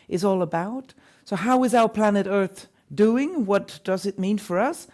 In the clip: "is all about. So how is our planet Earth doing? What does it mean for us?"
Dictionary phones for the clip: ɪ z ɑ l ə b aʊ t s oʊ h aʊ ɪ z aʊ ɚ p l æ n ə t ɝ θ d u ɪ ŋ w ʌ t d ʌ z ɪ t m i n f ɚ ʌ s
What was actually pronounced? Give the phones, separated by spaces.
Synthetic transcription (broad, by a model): ɪ z ɑ l ə b aʊ t s oʊ h aʊ ɪ z aʊ ɚ p l æ n ə t ɝ θ d u ɪ ŋ w ʌ t d ʌ z ɪ t m i n f ɚ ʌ s